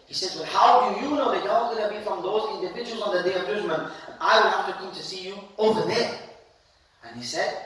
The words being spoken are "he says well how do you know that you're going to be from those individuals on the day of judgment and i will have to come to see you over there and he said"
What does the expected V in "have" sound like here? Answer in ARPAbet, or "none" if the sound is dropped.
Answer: F